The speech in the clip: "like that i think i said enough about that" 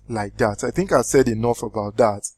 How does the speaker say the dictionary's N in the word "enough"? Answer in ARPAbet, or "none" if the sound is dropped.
N